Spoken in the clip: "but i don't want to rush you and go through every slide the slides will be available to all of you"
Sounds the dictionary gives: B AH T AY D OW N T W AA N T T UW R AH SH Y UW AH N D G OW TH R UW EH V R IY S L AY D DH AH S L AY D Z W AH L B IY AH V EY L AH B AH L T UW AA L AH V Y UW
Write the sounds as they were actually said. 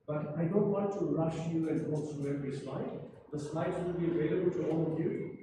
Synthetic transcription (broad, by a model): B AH T AY D OW N T W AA N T T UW R AH SH Y UW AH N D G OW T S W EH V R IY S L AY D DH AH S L AY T W AH L B IY AH V EY L AH B AH L T UW AA L AH V Y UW